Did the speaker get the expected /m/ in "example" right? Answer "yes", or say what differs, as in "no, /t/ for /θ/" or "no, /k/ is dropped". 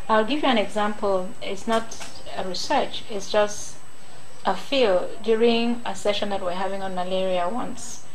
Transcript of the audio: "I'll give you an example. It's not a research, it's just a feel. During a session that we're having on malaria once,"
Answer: yes